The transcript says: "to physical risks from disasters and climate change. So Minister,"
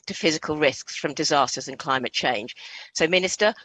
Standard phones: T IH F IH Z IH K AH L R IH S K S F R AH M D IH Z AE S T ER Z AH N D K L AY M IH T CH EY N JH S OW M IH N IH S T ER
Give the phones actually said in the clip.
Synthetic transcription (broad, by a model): T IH F IH Z IH K AH L R IH S K S F R AH M D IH Z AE S T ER Z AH N K L AY M IH T CH EY N ZH S OW M IH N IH S T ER